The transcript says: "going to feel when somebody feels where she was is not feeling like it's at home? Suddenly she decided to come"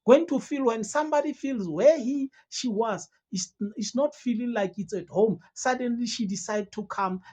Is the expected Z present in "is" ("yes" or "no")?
no